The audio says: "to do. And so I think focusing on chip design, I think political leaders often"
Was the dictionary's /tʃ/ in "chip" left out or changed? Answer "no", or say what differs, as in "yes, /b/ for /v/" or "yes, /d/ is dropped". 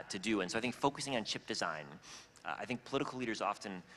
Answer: no